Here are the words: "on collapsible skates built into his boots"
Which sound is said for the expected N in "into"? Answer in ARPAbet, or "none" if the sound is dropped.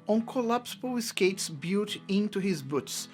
N